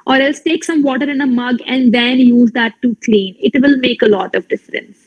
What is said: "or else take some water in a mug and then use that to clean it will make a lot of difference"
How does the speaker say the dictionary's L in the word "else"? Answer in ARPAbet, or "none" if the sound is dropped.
L